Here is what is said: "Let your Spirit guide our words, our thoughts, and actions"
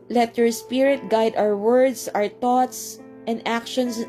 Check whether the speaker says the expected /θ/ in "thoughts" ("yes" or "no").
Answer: no